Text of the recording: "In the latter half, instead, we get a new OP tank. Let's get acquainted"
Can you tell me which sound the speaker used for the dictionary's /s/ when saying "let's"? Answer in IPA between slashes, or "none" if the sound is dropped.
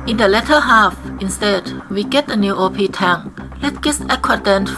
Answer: none